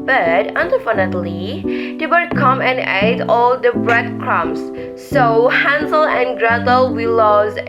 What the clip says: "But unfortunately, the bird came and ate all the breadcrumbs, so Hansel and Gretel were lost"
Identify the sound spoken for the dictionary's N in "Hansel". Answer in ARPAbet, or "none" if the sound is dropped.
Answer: N